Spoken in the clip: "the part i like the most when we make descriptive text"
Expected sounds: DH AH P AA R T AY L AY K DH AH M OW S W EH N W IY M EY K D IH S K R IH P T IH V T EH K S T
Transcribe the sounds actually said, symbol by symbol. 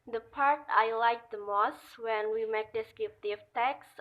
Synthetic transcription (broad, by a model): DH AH P AA R T AY L AY K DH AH M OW S W EH N W IY M EY K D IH S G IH F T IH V T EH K S